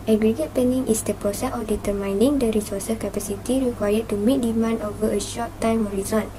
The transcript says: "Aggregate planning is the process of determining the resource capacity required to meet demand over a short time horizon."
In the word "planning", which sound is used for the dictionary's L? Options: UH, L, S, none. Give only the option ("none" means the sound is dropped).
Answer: none